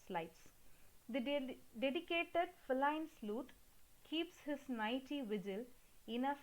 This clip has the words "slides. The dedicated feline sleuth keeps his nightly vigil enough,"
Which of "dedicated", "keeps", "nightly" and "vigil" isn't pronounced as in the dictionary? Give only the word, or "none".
nightly